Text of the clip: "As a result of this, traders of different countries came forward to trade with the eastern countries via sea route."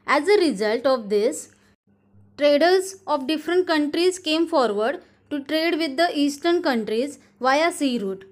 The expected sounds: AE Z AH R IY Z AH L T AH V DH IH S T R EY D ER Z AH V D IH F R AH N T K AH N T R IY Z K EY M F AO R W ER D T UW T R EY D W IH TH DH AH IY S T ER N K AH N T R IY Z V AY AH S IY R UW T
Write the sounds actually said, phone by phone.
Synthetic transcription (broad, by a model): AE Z AH R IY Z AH L T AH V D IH S T R EY D ER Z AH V D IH F R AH N T K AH N T R IY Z K EY M F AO R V ER D T UW T R EY D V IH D AH IY S T ER N K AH N T R IY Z V AY AH S IY R UW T